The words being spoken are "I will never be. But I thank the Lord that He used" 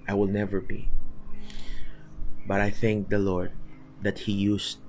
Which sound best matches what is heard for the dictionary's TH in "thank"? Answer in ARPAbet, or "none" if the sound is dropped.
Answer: TH